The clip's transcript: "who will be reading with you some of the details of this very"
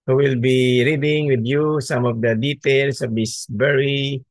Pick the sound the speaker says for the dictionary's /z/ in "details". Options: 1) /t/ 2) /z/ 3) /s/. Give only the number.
3